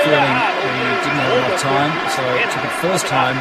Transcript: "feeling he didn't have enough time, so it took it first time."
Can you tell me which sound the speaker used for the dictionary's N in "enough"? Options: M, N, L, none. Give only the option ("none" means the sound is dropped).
L